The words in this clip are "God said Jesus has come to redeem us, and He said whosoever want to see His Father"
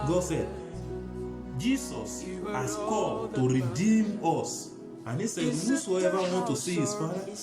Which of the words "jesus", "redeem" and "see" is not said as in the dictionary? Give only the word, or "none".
jesus